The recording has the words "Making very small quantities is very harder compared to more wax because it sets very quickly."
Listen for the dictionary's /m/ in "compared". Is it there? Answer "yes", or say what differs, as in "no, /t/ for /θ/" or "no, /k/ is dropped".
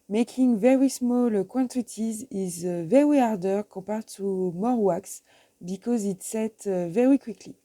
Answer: no, /m/ is dropped